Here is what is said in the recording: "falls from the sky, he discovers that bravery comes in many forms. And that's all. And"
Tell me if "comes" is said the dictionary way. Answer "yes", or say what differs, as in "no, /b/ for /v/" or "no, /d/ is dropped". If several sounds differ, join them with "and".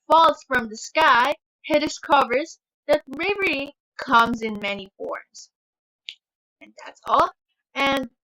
yes